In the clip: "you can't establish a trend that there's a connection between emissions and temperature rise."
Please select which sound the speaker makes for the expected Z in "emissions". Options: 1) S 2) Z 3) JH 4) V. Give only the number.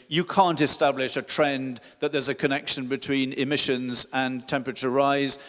2